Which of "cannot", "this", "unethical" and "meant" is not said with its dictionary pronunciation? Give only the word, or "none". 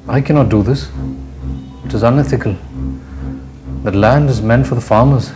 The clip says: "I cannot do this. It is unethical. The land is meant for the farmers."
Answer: none